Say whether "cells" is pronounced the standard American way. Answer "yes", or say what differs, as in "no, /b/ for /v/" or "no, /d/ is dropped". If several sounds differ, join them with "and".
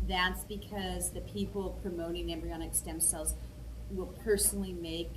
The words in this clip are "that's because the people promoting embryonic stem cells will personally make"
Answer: yes